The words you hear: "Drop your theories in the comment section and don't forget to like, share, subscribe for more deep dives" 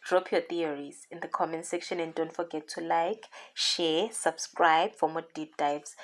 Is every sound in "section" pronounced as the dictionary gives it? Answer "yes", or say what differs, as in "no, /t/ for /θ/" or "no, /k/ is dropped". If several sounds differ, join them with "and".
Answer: yes